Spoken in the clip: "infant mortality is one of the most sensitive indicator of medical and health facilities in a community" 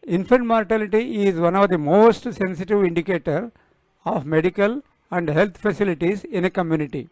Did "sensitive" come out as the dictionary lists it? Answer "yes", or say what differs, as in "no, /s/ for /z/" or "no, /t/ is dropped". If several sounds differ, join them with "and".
yes